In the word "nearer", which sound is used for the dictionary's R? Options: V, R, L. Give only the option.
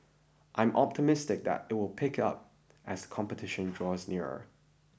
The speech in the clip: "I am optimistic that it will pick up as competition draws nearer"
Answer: R